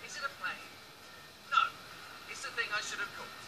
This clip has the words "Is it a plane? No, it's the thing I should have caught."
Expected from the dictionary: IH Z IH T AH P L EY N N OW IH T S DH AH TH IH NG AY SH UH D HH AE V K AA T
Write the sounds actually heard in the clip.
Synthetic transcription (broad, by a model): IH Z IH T AH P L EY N N OW IH T S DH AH TH IH NG AY SH UH D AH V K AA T